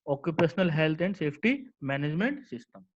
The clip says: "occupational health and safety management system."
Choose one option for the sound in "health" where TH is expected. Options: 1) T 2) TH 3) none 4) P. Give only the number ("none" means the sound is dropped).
1